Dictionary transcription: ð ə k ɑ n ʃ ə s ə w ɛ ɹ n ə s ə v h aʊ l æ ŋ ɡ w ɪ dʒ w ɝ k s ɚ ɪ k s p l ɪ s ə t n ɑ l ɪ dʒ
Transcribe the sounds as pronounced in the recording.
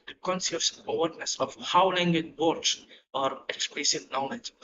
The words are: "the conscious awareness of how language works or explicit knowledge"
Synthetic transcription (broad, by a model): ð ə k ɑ n s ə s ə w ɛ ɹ n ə s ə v h aʊ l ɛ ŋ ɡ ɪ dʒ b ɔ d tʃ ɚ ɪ k s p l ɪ s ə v n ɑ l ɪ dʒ